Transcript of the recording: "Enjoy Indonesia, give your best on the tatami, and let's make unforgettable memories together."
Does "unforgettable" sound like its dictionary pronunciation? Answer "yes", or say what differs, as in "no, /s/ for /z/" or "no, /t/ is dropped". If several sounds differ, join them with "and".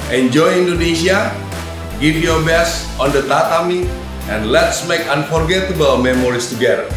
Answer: no, /w/ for /l/